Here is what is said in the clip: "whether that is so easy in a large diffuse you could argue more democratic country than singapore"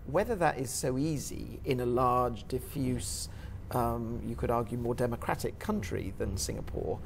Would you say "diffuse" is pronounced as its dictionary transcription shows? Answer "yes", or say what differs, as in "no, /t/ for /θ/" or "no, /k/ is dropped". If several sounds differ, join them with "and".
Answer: yes